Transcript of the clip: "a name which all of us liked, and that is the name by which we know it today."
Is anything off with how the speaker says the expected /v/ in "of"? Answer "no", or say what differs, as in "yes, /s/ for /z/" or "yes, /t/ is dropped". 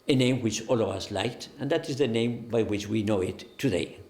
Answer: no